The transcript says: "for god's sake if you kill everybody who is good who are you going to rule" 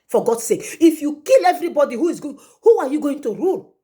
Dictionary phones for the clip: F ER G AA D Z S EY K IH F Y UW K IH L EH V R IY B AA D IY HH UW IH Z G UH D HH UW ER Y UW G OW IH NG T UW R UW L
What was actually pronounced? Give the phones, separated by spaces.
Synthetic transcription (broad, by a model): F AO G AA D S EY K IH F Y UW K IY L EH V R IY B AA D IY HH UW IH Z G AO HH UW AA Y UW G OW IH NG T UW R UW L